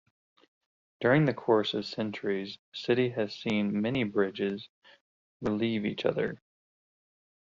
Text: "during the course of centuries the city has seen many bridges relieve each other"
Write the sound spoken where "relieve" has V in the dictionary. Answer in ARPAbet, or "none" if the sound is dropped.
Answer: V